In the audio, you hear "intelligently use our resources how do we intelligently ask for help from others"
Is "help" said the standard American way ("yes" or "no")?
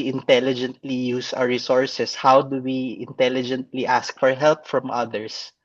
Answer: yes